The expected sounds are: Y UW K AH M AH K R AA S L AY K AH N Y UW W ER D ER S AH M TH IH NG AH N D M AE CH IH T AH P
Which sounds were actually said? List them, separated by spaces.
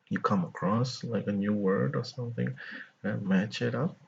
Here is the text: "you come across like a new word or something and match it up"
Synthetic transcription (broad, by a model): Y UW K AH M AH K R AA S L AY K AH N Y UW W ER D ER S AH M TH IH NG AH M AE CH IH T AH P